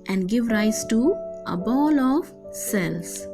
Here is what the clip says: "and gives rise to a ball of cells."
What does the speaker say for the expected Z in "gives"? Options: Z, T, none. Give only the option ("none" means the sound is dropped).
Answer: none